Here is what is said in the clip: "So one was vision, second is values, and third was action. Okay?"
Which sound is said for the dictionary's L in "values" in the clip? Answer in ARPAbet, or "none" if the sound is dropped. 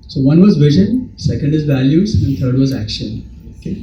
L